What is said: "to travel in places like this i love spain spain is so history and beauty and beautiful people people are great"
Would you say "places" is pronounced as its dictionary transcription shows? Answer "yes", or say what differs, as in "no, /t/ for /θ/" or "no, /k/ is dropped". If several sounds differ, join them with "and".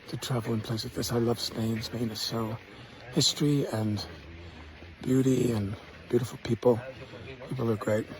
no, /s/ is dropped